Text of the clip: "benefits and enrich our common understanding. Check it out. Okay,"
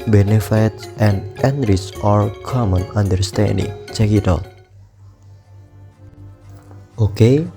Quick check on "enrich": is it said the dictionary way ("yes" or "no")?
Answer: no